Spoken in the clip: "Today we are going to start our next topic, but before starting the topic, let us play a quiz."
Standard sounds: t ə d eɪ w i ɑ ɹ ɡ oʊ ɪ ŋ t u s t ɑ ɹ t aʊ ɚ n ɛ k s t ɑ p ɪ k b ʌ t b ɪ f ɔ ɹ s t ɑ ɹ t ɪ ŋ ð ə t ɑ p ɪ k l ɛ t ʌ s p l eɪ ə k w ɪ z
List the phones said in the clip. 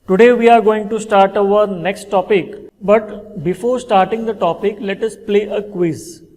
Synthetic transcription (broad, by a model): t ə d eɪ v i ɑ ɹ ɡ oʊ ɪ ŋ t u s t ɑ ɹ t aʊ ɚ n ɛ k s t ɑ p ɪ k b ʌ t b ɪ f ɔ ɹ s t ɑ ɹ t ɪ ŋ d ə t ɑ p ɪ k l ɛ t ʌ s p l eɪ ə k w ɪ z